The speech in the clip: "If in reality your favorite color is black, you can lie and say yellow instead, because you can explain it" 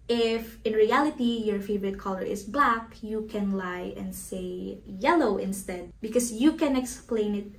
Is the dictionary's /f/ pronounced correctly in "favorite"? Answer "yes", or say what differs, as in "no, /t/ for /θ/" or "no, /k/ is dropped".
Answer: yes